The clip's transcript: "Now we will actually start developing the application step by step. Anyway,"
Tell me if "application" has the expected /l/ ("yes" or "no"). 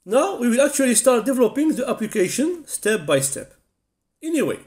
yes